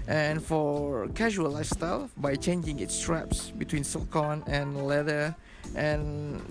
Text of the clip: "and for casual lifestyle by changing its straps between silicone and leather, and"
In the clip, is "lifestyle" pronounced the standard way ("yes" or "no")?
no